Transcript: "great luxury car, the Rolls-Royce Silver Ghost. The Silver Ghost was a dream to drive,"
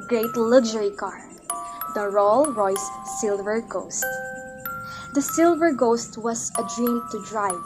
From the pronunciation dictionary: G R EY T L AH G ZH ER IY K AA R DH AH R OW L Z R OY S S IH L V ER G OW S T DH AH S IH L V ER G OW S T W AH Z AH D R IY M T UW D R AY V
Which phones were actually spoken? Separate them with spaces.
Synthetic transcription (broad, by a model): G R EY T L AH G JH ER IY K AA R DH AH R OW L R OY S S IH L V ER G OW S T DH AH S IH L V ER G OW S T W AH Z AH D R IY M T UW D R AY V